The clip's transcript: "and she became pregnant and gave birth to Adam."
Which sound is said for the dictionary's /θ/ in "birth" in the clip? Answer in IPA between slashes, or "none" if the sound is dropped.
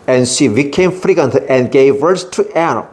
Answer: /s/